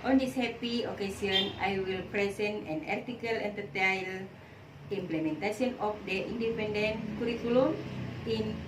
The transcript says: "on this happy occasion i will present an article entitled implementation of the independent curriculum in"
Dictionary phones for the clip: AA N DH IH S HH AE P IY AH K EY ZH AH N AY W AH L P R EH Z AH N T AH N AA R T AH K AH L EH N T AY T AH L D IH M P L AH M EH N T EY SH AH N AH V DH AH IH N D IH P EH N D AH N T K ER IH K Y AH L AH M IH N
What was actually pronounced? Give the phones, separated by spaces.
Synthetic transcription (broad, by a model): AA N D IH S HH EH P IY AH K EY S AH N AY W AH L P R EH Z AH N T AH N AA R T AH K AH L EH N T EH T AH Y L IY M P L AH M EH N T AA S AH N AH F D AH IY N D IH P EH N D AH N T K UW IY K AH L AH M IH N